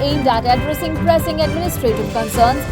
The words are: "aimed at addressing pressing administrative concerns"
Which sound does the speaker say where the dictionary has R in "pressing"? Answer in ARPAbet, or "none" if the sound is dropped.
R